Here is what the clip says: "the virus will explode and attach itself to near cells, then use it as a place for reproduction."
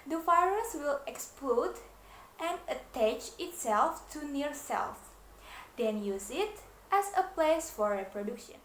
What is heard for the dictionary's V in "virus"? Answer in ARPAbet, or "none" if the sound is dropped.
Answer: F